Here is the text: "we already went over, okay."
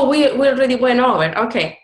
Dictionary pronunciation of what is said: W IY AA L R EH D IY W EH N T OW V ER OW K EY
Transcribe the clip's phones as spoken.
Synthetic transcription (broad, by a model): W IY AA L R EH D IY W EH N OW V ER OW K EY